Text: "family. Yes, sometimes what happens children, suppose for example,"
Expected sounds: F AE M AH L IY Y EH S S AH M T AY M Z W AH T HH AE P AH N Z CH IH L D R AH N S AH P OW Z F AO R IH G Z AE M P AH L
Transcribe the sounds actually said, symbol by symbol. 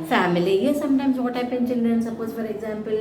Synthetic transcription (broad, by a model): F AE M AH L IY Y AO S S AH M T AY M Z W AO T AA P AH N CH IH L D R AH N S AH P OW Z F AO R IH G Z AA M P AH L